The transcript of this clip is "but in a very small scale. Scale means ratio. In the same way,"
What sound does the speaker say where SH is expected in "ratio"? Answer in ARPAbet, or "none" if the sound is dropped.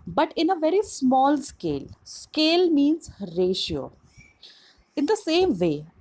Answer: SH